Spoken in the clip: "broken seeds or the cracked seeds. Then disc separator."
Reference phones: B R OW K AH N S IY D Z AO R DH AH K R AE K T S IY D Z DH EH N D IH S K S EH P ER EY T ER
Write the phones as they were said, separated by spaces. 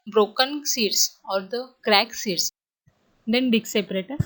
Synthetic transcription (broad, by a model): B R OW K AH N S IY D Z AO R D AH K R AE K S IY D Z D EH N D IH K S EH P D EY T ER